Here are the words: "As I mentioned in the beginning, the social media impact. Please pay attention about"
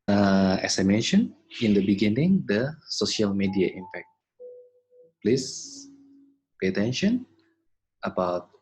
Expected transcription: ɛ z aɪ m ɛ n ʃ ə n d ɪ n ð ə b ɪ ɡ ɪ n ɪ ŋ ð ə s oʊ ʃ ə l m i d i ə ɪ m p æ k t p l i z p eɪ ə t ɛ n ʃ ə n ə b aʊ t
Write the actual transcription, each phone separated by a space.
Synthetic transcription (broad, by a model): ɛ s aɪ m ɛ n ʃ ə n ɪ n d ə b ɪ ɡ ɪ n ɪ ŋ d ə s oʊ ʃ ə l m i d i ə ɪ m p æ k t p l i s p eɪ ə t ɛ n ʃ ə n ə b aʊ t